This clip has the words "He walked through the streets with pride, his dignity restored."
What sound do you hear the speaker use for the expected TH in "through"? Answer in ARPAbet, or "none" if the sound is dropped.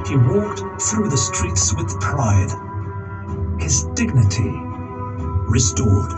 TH